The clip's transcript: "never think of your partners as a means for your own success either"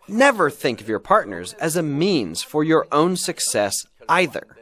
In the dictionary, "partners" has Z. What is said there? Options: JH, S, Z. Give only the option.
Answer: Z